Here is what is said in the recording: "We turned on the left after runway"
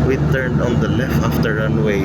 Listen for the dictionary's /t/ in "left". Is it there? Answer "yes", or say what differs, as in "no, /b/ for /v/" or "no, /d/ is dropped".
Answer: no, /t/ is dropped